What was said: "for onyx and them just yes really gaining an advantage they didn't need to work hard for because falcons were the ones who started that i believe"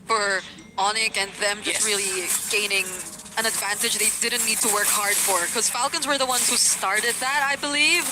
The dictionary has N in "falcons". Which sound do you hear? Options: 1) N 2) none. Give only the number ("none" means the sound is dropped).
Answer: 1